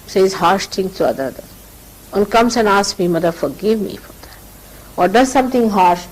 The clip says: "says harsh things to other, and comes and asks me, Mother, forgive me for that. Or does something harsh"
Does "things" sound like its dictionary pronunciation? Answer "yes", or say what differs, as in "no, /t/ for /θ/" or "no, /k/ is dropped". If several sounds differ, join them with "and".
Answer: no, /t/ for /θ/ and /z/ is dropped